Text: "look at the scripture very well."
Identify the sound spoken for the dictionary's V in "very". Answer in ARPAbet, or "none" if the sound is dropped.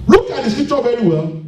V